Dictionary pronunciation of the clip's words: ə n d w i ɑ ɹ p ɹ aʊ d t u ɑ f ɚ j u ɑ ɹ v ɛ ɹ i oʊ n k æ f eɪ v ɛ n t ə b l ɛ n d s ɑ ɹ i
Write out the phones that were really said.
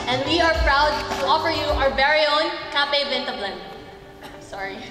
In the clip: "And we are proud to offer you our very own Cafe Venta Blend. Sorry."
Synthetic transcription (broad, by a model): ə n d w i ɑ ɹ p ɹ aʊ d t u ɑ f ɚ j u ɑ ɹ b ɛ ɹ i oʊ n k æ p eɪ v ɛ n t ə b l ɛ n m s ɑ ɹ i